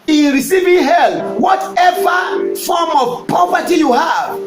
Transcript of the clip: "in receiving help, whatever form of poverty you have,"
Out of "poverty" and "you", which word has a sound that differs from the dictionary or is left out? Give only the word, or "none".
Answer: poverty